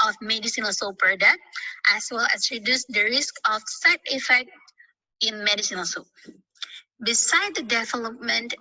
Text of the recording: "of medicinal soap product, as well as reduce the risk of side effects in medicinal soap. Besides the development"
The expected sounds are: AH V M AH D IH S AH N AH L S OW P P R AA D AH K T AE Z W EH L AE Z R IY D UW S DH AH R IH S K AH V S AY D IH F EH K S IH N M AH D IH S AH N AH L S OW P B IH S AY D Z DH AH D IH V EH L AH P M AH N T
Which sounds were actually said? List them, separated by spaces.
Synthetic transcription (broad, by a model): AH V M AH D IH S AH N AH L S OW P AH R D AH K T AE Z W EH L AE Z R IY D UW S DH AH R IH S K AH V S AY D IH F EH K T IH N M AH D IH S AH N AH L S OW P B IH S AY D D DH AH D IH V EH L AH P M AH N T